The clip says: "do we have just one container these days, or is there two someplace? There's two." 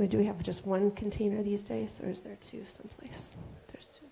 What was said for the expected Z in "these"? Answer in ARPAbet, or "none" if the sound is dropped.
Z